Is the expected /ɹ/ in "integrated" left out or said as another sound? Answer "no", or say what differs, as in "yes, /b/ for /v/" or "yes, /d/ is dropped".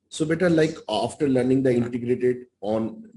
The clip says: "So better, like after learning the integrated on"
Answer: no